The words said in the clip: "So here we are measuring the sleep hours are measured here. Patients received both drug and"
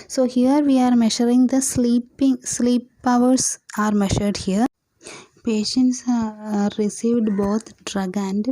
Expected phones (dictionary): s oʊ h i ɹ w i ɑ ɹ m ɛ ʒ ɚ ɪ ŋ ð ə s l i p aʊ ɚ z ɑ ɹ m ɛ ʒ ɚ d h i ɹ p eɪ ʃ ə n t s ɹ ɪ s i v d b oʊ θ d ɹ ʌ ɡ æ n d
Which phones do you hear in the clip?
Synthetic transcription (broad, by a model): s oʊ h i ɹ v i ɑ ɹ m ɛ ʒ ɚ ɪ ŋ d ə s l i p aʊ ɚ s ɑ ɹ m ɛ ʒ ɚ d h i ɹ p eɪ ʃ ə n t s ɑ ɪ s i v d b oʊ t d ɹ ʌ ɡ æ n d